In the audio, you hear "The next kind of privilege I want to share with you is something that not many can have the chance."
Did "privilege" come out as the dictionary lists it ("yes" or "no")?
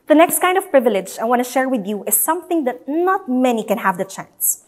yes